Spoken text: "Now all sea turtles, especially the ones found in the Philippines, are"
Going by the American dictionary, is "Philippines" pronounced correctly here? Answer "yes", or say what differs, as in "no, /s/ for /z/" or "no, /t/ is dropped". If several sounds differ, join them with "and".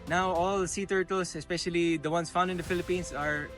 no, /s/ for /z/